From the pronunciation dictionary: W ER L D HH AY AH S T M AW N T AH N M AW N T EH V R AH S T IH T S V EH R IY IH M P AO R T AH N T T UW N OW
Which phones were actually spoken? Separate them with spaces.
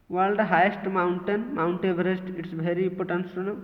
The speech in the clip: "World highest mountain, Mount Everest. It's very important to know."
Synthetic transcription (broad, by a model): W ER L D HH AY AH S T M AW N T AH N M AW N T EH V R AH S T IH T S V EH R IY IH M P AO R T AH N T S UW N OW